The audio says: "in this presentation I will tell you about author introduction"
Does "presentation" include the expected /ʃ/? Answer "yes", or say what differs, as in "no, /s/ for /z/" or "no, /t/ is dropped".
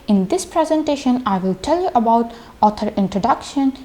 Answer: yes